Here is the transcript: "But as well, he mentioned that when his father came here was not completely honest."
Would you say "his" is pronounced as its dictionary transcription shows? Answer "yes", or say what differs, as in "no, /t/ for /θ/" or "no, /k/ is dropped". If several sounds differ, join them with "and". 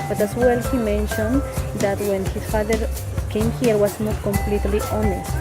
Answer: no, /s/ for /z/